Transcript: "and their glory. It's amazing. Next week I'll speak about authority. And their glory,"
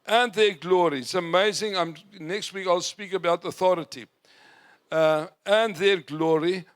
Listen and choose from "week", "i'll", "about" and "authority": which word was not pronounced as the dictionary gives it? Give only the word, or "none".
none